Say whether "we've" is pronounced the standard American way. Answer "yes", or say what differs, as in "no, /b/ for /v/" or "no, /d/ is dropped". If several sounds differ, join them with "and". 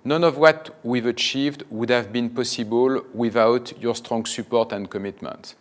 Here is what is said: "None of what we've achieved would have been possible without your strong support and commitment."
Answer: yes